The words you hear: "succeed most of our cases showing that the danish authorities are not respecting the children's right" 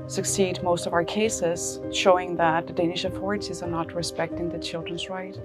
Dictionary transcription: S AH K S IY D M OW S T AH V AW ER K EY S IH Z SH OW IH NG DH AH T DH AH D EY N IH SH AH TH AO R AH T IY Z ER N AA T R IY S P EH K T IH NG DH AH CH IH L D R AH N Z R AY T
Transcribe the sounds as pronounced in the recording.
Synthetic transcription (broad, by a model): S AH K S IY D M OW S T AH V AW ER K EY S IH Z SH OW IH NG DH AH T DH AH D EY N IH SH AH TH AO R AH T IY Z ER N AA T R IY S P EH K T IH NG DH AH CH IH L D R AH N Z R AY T